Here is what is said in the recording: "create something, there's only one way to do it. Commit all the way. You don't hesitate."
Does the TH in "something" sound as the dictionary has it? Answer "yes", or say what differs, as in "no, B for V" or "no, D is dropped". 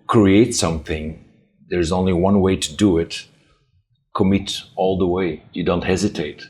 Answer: yes